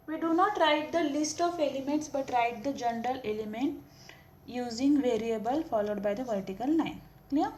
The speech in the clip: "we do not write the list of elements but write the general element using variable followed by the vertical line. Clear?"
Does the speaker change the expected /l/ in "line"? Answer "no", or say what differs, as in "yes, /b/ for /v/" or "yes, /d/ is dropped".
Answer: yes, /n/ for /l/